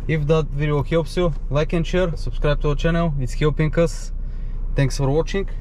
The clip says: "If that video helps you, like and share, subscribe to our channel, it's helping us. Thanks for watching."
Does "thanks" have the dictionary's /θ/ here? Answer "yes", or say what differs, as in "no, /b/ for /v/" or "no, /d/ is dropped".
no, /t/ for /θ/